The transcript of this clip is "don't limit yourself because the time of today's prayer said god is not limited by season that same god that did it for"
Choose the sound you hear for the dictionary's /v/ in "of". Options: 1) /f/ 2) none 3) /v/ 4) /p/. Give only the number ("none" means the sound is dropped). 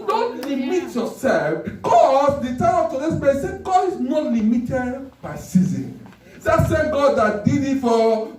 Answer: 4